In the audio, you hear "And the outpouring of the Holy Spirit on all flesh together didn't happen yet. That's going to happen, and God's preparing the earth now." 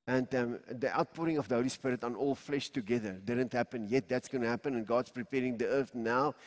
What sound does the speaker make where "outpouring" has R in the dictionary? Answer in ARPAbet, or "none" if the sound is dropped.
R